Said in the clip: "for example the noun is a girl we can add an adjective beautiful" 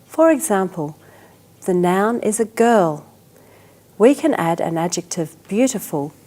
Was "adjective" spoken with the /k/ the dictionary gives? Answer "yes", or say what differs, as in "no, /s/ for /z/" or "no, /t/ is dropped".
yes